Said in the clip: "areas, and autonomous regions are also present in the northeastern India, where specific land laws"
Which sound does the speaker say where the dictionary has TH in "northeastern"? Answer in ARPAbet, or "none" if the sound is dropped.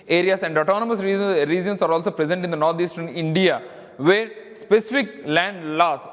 T